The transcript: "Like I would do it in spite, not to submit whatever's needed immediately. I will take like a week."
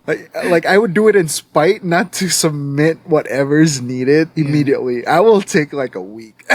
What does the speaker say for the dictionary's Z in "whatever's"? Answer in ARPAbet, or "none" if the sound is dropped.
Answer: Z